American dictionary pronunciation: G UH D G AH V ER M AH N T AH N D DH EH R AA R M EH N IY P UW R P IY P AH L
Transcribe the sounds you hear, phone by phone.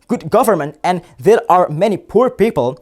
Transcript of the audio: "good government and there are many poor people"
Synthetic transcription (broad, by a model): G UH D G AH V ER M AH N T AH N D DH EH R AA R M EH N IY P UW R P IY P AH L